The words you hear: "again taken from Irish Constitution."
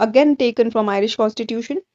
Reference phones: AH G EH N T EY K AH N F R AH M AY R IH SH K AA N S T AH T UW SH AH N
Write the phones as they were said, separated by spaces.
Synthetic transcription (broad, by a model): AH G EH N T EY K AH N F R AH M AY R IH SH K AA N S T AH T UW SH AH N